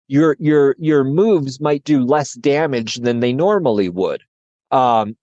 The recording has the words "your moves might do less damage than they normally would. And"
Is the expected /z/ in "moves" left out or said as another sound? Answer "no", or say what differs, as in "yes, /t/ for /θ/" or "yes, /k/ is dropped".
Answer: no